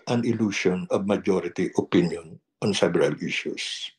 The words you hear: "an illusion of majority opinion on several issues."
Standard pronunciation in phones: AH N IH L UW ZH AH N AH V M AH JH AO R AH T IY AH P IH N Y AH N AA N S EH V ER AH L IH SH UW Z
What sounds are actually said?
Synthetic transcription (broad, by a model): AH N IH L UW SH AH N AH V M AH JH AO R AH T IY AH P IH N Y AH N AA N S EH B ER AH L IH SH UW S